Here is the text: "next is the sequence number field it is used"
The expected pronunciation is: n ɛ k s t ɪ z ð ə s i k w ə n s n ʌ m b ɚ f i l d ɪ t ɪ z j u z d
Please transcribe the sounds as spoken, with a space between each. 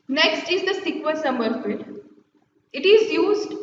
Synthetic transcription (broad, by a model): n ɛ k s t ɪ z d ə s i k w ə l s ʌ m ɚ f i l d ɪ t ɪ z j u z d